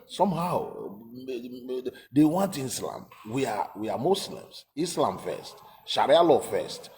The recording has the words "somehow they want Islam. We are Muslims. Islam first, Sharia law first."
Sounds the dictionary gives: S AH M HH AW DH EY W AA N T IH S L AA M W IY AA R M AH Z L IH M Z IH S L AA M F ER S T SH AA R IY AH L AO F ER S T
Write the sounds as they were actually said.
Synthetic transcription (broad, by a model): S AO M HH AW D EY W AA N T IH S L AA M W IY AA W M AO S L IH M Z IH S L AA M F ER S T SH AA R IY AH L AO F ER S T